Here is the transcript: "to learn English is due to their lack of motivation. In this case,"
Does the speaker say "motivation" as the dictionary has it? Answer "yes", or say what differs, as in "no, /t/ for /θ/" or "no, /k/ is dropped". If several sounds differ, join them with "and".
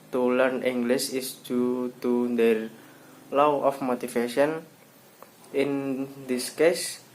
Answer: no, /f/ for /v/